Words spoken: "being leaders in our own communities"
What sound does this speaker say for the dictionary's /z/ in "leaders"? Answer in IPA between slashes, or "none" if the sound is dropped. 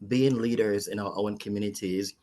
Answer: /z/